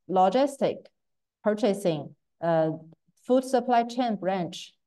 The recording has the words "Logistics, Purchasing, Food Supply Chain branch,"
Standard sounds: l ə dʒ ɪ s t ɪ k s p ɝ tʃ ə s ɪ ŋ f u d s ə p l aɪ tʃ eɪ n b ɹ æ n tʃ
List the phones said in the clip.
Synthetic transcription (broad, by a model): l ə dʒ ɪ s t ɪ k p ɝ tʃ ə s ɪ ŋ f u d s ə p l aɪ tʃ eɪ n b ɹ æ n tʃ